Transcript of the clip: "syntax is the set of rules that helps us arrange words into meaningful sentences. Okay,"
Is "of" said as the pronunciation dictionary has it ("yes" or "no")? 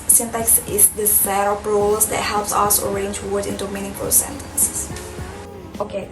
no